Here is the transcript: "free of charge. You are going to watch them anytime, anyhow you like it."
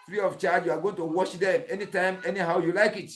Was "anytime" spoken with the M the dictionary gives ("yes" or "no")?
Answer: yes